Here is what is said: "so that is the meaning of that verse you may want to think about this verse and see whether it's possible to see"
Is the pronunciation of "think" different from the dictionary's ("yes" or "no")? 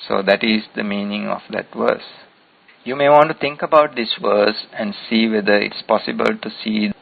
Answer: yes